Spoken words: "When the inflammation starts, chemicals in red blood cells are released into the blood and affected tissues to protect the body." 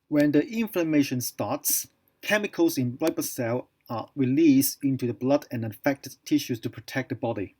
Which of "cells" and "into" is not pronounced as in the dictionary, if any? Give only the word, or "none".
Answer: cells